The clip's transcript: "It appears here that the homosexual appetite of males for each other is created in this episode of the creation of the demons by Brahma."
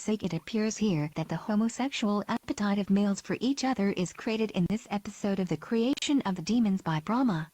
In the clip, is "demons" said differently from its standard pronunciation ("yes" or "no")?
no